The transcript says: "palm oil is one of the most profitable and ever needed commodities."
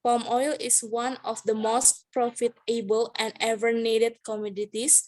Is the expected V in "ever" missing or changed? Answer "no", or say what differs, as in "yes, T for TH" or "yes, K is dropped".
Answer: no